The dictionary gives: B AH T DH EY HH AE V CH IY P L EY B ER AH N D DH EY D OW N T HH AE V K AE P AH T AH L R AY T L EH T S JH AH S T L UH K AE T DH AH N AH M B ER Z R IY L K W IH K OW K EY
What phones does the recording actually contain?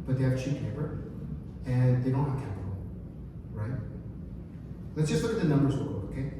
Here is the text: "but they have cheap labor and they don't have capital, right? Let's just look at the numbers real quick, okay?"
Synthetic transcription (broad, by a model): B AH T DH EY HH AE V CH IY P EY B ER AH N DH EY D OW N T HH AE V K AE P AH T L R AY T L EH T S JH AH S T L UH K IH T DH AH N AH M B ER Z W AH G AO OW K EY